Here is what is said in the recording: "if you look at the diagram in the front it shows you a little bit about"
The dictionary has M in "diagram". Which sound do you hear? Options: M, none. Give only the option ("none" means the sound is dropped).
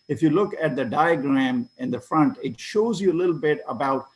M